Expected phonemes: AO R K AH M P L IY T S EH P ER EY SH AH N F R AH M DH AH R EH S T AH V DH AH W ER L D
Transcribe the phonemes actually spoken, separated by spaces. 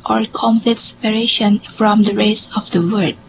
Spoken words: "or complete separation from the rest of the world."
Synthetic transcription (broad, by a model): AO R K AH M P L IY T S EH P ER EY SH AH N F R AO M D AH R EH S AH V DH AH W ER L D